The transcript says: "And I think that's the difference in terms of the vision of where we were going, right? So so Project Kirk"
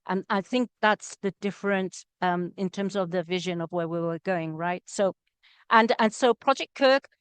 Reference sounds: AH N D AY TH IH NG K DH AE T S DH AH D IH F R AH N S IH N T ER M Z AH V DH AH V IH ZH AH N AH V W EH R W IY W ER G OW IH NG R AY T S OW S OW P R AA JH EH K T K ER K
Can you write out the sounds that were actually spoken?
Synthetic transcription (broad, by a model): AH N AY TH IH NG K DH AE T S DH AH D IH F R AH N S IH N T ER M Z AH V DH AH V IH ZH AH N AH V W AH R W IY W ER G OW IH NG R AY T S OW S OW P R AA JH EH K K ER K